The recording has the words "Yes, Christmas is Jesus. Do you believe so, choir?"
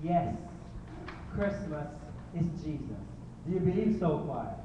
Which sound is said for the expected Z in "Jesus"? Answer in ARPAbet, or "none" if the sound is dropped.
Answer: Z